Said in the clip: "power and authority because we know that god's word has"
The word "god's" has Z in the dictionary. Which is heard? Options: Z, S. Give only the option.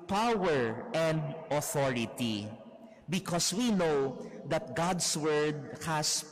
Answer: S